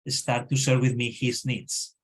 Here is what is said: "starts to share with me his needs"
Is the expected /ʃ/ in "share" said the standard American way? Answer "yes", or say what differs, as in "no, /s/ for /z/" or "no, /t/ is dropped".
no, /s/ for /ʃ/